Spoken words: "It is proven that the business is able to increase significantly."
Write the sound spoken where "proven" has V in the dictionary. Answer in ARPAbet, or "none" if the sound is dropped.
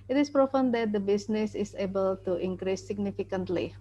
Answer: F